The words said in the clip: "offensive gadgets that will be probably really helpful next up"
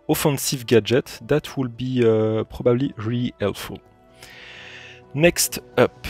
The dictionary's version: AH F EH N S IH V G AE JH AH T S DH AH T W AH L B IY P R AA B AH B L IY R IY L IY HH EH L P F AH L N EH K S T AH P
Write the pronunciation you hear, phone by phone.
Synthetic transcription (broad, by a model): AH F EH N S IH V G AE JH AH T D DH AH T W AH L B IY P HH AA B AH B L IY R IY IY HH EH L F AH L N EH K S T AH P